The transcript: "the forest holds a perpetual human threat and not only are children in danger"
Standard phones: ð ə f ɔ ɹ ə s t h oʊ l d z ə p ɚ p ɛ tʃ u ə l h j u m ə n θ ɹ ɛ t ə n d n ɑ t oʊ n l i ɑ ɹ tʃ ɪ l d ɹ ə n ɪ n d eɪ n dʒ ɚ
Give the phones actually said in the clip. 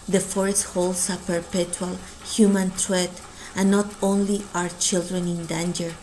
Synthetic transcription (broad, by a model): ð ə f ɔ ɹ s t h oʊ l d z ə p ɚ p ɛ tʃ u ə l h j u m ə n t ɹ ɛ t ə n n ɑ t oʊ n l i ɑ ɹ tʃ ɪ l d ɹ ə n ɪ n d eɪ n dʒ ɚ